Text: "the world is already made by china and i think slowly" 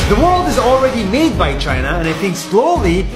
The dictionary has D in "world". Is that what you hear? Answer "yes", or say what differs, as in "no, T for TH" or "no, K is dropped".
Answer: yes